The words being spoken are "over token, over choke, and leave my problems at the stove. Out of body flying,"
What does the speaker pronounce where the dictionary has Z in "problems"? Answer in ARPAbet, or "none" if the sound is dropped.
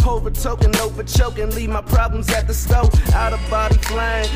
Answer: Z